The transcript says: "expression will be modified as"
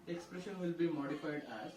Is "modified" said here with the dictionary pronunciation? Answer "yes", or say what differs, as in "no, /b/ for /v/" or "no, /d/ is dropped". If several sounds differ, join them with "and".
yes